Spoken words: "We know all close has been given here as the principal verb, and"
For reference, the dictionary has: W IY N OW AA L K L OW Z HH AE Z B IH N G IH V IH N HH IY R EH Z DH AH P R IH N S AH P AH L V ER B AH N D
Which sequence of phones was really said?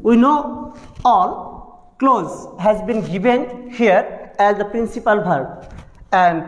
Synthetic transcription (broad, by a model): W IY N OW AA L K L OW Z HH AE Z B IH N G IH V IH N HH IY R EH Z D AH P R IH N S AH P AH L B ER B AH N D